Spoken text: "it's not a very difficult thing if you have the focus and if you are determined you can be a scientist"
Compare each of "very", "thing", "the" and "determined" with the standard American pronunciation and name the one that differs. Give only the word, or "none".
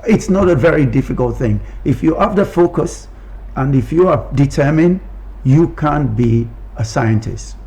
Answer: none